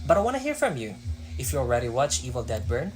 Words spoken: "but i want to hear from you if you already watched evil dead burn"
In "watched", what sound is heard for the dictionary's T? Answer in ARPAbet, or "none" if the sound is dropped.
none